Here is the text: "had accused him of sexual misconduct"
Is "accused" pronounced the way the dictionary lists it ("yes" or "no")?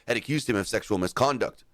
yes